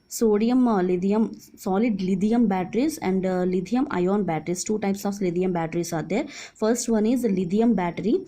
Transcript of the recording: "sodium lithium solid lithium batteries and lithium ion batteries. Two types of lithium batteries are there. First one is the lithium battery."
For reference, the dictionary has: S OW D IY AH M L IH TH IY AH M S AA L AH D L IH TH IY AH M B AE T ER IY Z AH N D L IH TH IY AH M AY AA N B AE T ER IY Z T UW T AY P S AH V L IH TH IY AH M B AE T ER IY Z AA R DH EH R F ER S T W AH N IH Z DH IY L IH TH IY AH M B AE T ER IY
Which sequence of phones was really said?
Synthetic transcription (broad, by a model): S OW D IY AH M L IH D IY AH M S AA L AH D L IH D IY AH M B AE T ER IY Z AH N D L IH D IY AH M AY AA N B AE T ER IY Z T UW T AY P S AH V L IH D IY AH M B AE T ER IY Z AA R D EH R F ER S T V AH N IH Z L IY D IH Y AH M B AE T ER IY